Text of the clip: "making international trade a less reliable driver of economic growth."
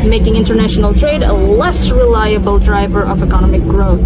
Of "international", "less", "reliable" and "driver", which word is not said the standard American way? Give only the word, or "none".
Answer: none